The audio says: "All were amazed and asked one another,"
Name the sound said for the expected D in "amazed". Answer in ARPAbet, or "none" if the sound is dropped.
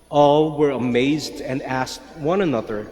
D